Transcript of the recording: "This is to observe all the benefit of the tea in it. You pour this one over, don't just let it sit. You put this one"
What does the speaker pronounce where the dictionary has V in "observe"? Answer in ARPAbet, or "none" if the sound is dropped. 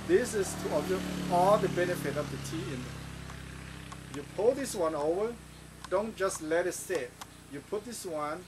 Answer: none